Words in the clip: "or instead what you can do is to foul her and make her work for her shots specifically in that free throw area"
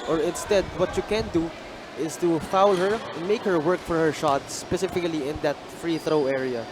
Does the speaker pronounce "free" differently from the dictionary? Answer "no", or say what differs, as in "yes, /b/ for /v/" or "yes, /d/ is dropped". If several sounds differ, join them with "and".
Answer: no